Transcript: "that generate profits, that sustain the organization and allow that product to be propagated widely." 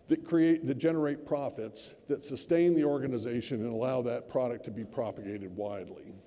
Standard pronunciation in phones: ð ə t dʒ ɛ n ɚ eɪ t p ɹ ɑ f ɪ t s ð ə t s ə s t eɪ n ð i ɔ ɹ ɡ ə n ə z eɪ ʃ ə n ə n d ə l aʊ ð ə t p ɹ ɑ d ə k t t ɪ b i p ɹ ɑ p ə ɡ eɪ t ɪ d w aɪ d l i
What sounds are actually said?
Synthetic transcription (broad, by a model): ð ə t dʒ ɛ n ɚ eɪ t p ɹ ɑ f ɪ t s ð ə t s ə s t eɪ n ð i ɔ ɹ ɡ ə n ə z eɪ ʃ ə n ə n ə l aʊ ð ə t p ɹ ɑ d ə k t t ɪ b i p ɹ ɑ p ə ɡ eɪ t ɪ d w aɪ d l i